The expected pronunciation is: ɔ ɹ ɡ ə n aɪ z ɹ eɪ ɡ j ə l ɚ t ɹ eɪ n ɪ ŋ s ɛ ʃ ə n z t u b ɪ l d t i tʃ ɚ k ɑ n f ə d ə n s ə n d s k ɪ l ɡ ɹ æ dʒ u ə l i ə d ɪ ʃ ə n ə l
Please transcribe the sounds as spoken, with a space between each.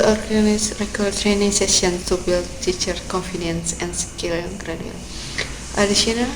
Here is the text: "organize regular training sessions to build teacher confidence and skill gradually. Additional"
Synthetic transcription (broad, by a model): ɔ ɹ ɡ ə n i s ɹ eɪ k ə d t ɹ eɪ n ɪ ŋ s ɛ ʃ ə n s t u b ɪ l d t i tʃ ɚ k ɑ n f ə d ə n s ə n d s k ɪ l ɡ ɹ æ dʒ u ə n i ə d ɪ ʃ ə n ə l